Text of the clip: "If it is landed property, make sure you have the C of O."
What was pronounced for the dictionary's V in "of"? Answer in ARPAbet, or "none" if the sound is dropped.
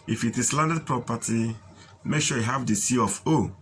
F